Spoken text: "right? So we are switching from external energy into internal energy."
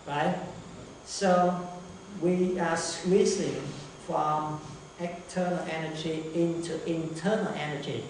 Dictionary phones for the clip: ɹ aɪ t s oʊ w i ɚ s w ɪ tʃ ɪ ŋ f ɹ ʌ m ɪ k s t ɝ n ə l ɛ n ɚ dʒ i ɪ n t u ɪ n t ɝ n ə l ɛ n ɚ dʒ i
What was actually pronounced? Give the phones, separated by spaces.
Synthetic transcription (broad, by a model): ɹ aɪ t s oʊ w i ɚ s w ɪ s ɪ ŋ f ɹ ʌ m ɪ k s t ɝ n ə l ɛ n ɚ dʒ i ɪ n t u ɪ n t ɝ n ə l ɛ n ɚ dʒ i